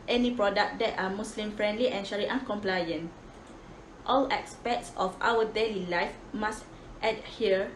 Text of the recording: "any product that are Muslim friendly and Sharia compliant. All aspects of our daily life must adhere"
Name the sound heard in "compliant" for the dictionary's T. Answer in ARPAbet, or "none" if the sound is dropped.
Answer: T